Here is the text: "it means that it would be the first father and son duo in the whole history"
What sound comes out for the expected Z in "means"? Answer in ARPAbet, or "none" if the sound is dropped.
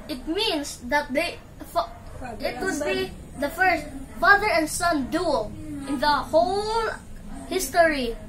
S